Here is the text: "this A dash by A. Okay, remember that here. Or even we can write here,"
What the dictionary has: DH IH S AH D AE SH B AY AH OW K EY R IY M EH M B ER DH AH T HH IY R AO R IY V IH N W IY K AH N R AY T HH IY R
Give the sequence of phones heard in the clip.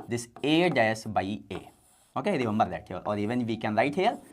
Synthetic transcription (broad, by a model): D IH S AH D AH S B AY AH OW K EY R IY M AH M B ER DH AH T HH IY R AO R IY V IH N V IY K AH N R AY T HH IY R